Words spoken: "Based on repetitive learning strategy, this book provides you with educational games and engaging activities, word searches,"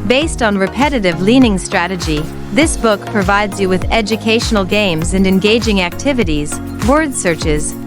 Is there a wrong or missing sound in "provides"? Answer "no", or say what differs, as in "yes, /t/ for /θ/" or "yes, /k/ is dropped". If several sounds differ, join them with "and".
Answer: no